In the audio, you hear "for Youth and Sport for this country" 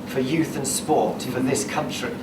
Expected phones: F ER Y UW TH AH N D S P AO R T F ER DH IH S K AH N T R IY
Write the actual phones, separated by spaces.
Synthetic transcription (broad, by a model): F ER Y UW TH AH N S P AO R T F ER DH IH S K AH N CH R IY